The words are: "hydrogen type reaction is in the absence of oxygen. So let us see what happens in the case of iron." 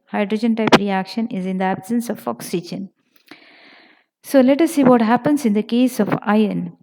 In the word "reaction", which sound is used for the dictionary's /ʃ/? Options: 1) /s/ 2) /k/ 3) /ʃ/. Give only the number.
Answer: 3